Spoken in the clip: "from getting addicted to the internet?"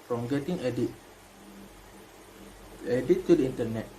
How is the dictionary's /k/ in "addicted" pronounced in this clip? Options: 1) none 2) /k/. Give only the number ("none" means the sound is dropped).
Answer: 1